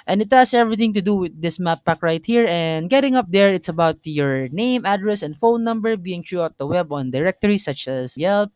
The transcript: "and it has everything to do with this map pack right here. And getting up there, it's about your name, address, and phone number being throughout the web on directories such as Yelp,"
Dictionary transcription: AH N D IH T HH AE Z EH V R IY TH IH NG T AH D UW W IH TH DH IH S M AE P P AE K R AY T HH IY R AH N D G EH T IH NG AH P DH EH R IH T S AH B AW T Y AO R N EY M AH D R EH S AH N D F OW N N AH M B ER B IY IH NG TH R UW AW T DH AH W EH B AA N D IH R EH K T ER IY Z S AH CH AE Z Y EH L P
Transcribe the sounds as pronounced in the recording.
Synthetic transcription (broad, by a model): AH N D IH T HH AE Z EH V R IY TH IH NG T AH D UW W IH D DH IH S M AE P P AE K R AY T HH IY R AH N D G EH T IH NG AH P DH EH R IH T S AH B AW T Y AO R N EY M AH D R EH S AH N D F OW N N AH M B ER B IY IH NG T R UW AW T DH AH W EH B AA N D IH R EH K T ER IY S AH CH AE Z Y EH L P